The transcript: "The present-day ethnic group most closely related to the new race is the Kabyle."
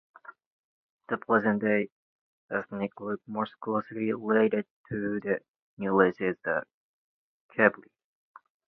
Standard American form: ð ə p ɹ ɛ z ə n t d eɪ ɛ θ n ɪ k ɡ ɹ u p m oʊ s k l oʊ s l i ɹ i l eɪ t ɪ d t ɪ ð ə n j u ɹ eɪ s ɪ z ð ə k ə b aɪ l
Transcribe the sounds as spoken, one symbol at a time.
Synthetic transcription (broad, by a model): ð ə p l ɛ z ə n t d eɪ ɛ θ n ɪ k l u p m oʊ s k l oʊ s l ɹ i l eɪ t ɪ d t ɪ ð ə n j u l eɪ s ɪ z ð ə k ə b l